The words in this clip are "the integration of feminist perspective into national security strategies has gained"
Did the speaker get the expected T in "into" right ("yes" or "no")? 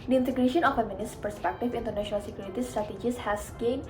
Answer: yes